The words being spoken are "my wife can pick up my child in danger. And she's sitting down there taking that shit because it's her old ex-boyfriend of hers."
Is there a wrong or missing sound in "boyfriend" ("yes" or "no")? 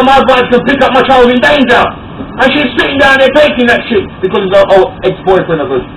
yes